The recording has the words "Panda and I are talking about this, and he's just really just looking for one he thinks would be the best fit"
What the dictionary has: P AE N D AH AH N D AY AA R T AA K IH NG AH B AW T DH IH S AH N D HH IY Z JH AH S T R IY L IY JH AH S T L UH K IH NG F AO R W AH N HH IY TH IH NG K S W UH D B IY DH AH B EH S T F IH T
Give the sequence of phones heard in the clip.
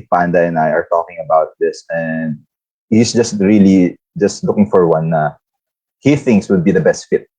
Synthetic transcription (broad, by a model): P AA N D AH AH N AY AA R T AA K IH NG AH B AW T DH IH S AH N D HH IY S JH AH S T R IY L IY JH AH S T L UH K IH NG F AO R W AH N HH IY TH IH NG K S W UH D B IY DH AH B EH S T F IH T